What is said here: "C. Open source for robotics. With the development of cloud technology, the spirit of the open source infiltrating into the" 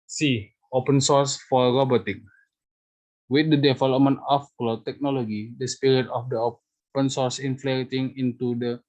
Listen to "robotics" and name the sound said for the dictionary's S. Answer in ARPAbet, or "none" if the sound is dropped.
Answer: none